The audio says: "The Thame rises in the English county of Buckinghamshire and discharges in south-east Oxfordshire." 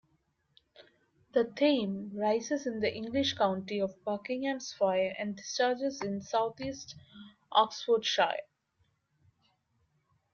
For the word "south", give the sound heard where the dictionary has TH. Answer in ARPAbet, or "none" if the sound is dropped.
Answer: T